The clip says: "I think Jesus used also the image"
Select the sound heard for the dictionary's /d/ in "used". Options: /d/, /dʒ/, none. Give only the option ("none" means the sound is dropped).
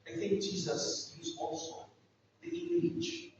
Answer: none